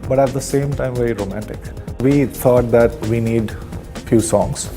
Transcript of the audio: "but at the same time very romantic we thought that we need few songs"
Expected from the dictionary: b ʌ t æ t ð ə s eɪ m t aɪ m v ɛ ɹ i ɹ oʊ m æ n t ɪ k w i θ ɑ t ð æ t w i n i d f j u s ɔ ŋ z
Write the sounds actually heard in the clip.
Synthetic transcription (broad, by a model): b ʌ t æ t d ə s eɪ m t aɪ m v ɛ ɹ i ɹ oʊ m æ n t ɪ k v i t ɑ t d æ t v i n i d f j u s ɔ ŋ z